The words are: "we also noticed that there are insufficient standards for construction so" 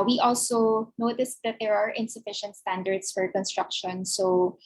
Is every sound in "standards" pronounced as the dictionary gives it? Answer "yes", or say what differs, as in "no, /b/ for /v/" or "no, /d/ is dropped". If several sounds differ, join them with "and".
no, /s/ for /z/